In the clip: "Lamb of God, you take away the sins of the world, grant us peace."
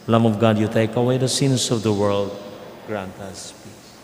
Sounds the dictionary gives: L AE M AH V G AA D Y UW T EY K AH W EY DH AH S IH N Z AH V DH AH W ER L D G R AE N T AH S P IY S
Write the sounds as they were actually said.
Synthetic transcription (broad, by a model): L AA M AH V G AA D Y UW T EY K AH W EY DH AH S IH N S AH V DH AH W ER L D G R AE N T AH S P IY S